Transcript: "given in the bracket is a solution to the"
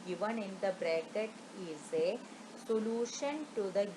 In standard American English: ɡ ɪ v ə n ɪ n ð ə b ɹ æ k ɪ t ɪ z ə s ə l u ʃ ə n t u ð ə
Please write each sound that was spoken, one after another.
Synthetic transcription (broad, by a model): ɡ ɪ v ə n ɪ n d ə b ɹ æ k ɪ t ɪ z ə s ə l u ʃ ə n t u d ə